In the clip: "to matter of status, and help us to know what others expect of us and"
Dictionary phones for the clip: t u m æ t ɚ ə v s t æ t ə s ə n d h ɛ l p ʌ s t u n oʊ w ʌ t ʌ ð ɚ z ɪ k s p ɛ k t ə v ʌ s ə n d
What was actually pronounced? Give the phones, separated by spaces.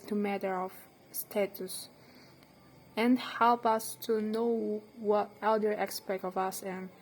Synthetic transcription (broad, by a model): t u m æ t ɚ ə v s t æ t ə s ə n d h ɛ l p ʌ s t u n oʊ w ʌ t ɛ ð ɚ ɪ k s p ɛ k t ə v ʌ s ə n